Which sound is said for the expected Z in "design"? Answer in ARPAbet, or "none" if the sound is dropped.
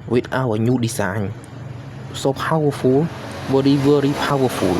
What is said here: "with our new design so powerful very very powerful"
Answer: S